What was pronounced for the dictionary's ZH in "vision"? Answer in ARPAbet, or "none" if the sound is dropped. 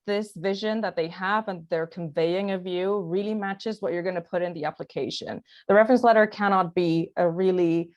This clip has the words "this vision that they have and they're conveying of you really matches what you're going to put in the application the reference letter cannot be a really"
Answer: ZH